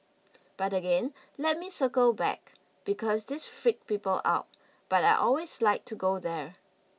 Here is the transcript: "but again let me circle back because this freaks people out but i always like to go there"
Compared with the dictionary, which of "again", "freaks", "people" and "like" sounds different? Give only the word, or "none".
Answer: freaks